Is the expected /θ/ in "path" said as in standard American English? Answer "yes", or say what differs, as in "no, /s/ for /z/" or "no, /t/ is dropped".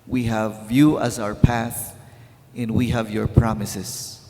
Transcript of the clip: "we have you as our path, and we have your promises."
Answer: yes